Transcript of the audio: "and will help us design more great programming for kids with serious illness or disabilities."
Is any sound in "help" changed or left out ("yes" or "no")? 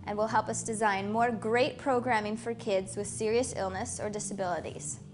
no